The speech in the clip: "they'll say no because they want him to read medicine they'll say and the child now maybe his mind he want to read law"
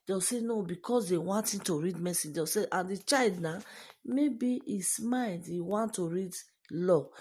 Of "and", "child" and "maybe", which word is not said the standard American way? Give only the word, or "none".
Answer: none